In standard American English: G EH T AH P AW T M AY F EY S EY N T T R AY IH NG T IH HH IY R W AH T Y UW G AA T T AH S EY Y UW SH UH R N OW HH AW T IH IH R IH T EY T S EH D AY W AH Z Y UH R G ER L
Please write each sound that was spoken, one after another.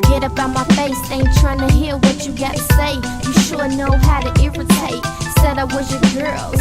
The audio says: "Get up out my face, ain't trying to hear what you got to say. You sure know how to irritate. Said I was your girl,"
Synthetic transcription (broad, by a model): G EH T AH P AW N M AY F EY S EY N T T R AY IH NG T IH HH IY L W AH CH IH G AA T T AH S EY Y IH SH UH R N OW HH AW T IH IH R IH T EY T S EH D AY W AH Z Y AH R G ER L